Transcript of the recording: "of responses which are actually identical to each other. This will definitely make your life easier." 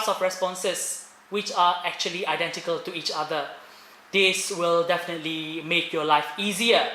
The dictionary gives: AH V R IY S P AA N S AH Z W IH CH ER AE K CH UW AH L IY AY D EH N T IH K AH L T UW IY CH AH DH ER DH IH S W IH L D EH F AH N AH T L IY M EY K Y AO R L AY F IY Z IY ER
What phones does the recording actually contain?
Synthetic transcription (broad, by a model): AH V R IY S P AA N S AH S W IH CH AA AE K CH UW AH L IY AY D EH N T IH K AH L T UW IY CH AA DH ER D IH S W IH L D EH F AH N AH T L IY M EY K Y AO L AY F IY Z IY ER